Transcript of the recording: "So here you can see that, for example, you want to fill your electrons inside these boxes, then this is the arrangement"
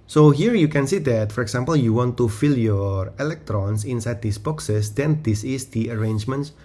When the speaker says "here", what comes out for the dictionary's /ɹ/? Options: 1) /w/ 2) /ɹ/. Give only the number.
2